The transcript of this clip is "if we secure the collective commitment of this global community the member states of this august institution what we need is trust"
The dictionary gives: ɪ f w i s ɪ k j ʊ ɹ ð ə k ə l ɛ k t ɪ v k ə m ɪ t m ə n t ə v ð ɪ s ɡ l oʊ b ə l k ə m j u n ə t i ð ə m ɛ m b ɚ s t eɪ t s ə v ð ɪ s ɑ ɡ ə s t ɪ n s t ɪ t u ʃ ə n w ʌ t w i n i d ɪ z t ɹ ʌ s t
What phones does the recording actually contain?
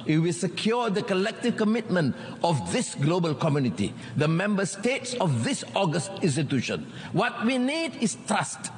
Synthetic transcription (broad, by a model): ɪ w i s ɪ k j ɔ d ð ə k ə l ɛ k t ɪ v k ə m ɪ t m ə n t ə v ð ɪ s ɡ l oʊ b ə l k ə m j u n ə t i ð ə m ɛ m b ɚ s t eɪ t s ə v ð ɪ s ɑ ɡ ə s t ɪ n s t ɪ t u ʃ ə n w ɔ t w i n i d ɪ s t ɹ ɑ s t